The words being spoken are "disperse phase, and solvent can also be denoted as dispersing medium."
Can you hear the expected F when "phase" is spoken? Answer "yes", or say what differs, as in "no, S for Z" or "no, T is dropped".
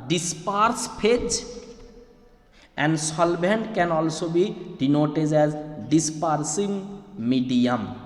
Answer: no, P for F